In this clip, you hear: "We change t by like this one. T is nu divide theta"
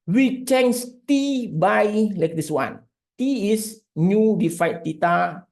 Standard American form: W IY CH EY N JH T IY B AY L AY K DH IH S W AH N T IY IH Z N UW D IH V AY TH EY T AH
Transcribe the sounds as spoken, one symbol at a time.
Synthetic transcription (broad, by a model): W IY CH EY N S T IY B AY L AY K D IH S W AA N T IY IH S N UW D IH F AY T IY T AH